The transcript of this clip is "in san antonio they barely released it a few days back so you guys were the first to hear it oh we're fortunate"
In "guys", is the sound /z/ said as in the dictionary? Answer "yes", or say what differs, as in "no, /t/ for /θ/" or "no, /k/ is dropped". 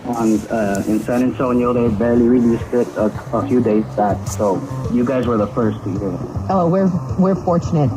yes